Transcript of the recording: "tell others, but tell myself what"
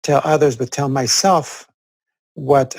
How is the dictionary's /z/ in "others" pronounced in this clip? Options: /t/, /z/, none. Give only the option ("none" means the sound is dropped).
/z/